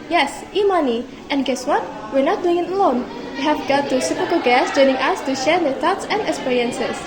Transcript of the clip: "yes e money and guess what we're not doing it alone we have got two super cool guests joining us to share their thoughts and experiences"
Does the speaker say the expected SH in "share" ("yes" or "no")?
yes